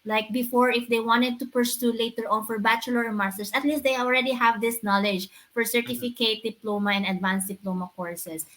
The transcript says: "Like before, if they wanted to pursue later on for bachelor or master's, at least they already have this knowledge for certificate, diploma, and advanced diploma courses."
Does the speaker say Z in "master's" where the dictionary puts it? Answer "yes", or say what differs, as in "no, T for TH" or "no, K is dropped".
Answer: no, S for Z